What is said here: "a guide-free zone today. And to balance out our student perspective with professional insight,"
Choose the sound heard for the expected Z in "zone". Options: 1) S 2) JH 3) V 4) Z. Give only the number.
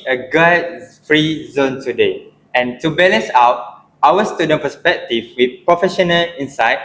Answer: 4